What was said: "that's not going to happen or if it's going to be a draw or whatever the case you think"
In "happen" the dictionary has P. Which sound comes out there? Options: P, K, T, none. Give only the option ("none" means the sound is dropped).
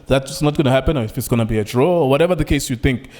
P